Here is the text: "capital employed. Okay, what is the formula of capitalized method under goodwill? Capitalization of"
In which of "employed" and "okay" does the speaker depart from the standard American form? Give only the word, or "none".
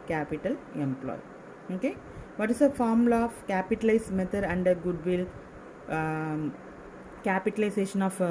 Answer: employed